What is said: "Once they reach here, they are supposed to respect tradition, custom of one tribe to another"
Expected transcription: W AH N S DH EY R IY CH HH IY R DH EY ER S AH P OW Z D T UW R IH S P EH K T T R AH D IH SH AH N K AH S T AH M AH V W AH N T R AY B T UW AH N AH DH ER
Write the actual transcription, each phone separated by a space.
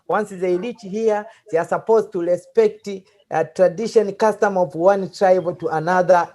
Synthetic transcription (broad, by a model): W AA N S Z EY L IY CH HH IY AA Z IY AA S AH P OW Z T UW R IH S P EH K T T R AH D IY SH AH N K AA S T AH M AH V W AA N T R AY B T UW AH N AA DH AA